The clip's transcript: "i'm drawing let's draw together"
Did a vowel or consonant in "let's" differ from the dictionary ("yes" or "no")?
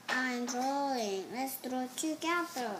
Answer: no